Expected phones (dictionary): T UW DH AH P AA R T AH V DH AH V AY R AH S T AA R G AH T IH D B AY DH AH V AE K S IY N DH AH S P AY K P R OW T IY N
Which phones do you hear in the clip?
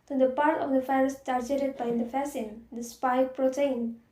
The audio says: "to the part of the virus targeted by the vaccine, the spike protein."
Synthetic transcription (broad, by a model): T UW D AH P AA R T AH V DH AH F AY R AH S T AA R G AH T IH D B AY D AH F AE S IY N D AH S P AY P R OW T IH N